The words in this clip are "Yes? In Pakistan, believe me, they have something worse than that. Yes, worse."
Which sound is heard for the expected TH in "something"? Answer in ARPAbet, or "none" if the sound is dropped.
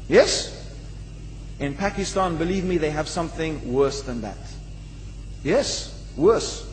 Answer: TH